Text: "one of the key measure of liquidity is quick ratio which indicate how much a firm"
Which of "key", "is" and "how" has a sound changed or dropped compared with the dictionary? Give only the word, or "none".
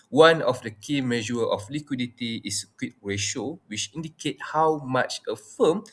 is